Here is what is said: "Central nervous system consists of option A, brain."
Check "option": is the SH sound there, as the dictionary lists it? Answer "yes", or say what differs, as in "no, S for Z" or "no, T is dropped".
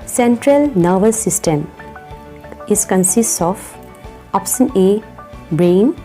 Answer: no, S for SH